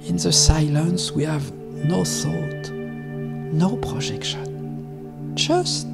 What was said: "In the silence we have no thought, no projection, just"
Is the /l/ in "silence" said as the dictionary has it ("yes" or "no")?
yes